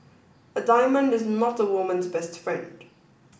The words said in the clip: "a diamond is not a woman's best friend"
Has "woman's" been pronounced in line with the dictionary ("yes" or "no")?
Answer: yes